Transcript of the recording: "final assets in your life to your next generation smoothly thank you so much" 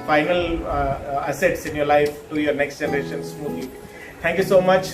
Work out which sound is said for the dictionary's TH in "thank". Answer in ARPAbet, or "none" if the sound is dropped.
T